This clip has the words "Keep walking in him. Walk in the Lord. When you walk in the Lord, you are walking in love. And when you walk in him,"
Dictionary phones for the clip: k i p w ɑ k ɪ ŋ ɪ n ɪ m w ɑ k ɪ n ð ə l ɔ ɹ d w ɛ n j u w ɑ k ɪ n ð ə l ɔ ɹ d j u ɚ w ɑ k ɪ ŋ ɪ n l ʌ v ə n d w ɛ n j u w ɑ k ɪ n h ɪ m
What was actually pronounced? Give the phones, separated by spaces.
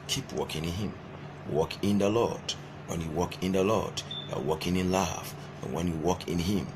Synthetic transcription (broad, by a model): k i p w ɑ k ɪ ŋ ɪ n ɪ m w ɑ k ɪ n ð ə l ɔ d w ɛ n j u w ɑ k ɪ n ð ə l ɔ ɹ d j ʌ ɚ w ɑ k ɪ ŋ ɪ n l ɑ f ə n w ɛ n j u w ɑ k ɪ n h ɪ m